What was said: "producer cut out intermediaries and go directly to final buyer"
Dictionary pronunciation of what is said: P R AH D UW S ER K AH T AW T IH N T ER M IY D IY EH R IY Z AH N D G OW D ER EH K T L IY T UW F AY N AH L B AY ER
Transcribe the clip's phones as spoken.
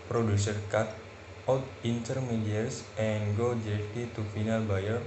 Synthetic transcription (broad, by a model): P R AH D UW S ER K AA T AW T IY N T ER M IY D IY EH R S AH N G OW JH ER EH T IY T UW F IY N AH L B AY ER